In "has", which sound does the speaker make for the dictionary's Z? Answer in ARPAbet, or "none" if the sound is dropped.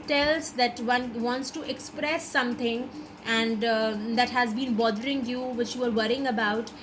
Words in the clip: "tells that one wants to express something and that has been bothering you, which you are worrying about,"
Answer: Z